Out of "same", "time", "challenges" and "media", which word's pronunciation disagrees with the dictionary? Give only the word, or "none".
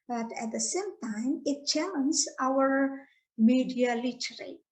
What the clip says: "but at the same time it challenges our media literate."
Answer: challenges